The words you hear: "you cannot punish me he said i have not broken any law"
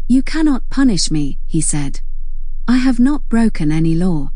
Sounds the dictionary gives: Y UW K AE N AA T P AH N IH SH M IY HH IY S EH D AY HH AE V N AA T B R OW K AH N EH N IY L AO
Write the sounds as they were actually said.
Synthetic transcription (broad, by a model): Y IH K AE N AA T P AH N IH SH M IY HH IY S EH D AY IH V N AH T B R OW K AH N EH N IY L AO